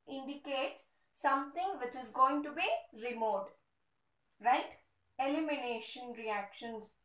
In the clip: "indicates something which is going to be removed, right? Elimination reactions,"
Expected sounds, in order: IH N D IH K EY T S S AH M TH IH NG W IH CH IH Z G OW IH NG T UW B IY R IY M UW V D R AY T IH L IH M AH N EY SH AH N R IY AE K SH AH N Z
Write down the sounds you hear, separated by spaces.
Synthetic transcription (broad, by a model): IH N D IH K EY T S S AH M T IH NG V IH CH IH Z G OW IH NG T UW B IY R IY M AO D R AY T IH L IH M AH N EY SH AH N R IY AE K SH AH N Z